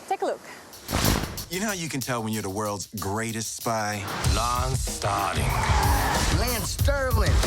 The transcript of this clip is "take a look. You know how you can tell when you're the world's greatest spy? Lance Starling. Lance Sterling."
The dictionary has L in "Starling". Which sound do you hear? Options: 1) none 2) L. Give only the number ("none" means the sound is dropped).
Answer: 1